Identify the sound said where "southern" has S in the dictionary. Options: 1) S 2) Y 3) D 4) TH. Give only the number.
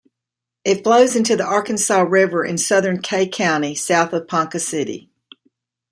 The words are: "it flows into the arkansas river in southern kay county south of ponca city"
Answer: 1